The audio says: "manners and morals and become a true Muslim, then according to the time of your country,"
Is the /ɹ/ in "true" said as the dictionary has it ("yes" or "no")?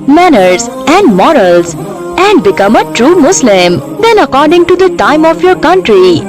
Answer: yes